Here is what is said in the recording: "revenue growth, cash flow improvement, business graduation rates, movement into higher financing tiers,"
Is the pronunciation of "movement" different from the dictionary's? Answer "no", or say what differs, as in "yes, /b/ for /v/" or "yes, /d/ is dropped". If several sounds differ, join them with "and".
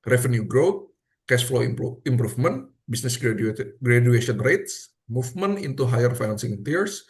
yes, /f/ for /v/